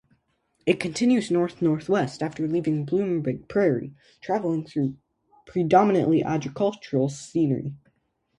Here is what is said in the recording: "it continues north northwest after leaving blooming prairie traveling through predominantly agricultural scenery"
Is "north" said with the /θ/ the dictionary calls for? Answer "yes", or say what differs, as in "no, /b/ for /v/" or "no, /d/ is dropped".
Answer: yes